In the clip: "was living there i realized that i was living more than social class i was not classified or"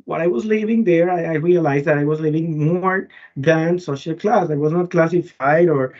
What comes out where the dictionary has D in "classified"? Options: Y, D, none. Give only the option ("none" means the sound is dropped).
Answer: D